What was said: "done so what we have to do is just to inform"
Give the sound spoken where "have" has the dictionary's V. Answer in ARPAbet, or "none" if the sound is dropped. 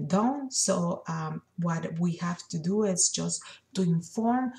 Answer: F